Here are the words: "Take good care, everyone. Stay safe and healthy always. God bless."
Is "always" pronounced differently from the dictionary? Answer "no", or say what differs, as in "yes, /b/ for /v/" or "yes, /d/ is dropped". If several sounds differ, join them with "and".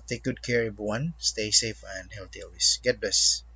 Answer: yes, /s/ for /z/